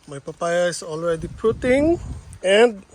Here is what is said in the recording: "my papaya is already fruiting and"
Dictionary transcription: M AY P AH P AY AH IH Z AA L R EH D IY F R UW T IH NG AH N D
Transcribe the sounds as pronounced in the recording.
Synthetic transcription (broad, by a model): M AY P AH P AY AH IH S AA L R EH D IY P R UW T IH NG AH N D